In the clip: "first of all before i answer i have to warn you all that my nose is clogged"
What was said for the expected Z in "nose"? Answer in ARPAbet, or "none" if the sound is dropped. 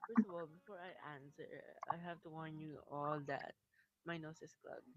S